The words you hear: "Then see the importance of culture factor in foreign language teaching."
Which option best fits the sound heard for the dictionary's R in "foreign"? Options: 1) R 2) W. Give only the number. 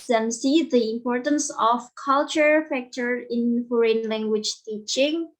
1